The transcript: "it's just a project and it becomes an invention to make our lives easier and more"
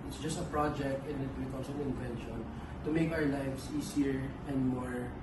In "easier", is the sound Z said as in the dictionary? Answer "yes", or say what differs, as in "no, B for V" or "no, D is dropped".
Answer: no, S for Z